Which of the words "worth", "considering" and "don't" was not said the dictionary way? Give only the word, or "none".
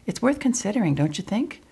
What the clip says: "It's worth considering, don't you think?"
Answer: none